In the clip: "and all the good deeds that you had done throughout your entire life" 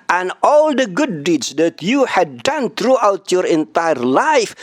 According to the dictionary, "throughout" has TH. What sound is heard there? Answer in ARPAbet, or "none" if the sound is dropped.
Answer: T